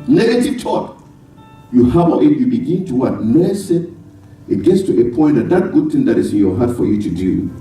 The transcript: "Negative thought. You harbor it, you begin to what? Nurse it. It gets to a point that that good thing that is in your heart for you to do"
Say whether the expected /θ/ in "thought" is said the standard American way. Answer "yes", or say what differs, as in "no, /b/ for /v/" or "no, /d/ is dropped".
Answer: no, /t/ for /θ/